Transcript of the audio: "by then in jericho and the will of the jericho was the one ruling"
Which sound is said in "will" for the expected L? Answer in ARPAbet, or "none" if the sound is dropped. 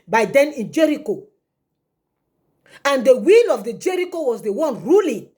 L